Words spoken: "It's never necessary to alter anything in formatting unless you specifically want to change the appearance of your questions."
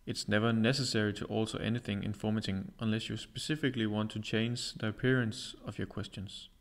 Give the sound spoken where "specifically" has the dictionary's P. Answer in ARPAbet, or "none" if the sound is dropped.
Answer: P